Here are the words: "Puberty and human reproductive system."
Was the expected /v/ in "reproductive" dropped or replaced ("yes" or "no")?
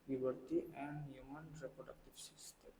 yes